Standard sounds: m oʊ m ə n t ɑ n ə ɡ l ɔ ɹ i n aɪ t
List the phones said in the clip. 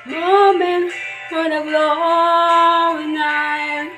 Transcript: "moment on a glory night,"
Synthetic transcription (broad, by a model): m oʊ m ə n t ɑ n ə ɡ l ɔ i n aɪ